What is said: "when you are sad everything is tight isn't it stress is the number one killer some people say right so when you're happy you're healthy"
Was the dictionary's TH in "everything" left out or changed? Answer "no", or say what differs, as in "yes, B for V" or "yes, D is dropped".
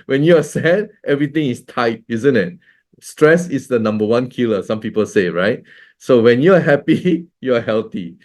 yes, T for TH